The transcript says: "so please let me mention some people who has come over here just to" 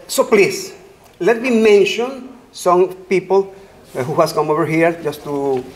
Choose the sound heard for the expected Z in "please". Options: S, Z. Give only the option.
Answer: S